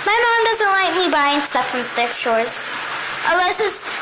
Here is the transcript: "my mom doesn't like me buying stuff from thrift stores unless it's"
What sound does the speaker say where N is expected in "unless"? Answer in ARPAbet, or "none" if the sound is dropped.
none